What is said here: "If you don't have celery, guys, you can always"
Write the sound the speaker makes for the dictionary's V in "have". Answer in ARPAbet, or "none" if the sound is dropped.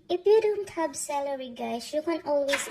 B